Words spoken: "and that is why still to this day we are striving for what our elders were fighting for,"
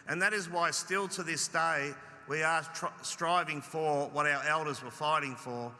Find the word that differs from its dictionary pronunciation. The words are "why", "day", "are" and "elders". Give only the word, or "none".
none